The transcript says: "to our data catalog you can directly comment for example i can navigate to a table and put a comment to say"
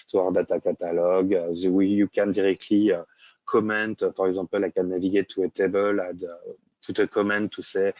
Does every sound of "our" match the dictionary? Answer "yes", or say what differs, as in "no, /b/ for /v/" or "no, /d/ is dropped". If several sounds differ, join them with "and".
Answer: yes